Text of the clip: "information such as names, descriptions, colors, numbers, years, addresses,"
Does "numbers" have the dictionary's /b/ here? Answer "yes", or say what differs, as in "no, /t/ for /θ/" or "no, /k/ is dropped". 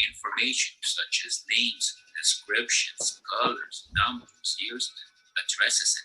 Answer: no, /b/ is dropped